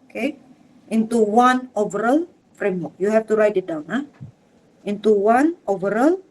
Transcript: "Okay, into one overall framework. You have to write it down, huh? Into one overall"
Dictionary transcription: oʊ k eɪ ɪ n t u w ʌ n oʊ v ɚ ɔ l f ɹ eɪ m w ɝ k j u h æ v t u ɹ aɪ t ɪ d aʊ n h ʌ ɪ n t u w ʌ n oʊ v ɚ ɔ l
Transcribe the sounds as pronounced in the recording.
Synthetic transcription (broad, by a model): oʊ k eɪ ɪ n t u w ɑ n oʊ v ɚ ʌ l f ɹ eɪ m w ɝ k j u h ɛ f t u ɹ aɪ t ɪ d aʊ n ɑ ɪ n t u w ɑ n oʊ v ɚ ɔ l